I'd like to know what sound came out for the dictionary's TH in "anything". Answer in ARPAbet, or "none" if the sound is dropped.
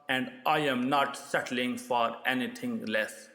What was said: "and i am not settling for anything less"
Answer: T